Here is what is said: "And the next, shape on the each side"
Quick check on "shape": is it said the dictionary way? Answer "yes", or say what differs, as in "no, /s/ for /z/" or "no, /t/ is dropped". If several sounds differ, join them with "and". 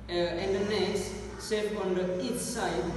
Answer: no, /s/ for /ʃ/